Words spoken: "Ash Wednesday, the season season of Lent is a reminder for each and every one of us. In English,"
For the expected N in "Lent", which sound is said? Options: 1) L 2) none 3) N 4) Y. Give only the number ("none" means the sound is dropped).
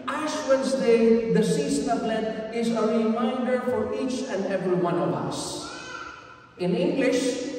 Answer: 2